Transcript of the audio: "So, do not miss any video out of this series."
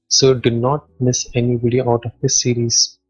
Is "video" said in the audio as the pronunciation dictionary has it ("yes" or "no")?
no